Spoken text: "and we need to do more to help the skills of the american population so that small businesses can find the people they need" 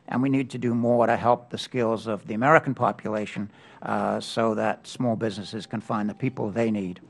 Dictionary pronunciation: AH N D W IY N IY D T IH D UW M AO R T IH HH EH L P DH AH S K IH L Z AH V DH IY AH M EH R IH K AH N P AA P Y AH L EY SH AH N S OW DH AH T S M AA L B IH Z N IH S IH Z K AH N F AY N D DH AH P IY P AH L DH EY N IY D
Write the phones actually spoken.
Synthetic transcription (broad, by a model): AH N W IY N IY D T IH D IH M AO R T IH HH EH L P DH AH S K IH L Z AH V DH IY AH M EH R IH K N P AA P Y AH L EY SH AH N S OW DH AH T S M AA L B IH Z N IH S IH Z K AH N F AY N DH AH P IY P AH L DH EY N IY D